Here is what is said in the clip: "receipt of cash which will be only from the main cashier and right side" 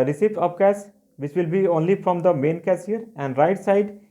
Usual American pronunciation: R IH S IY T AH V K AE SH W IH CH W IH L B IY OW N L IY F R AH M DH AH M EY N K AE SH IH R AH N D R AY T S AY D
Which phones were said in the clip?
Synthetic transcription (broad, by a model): R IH S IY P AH P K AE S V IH CH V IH L B IY OW N L IY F R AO M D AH M EY N K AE S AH R AH N D R AY T S AY D